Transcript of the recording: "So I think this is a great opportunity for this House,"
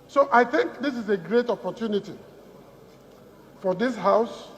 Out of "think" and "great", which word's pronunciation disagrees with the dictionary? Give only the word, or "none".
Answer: none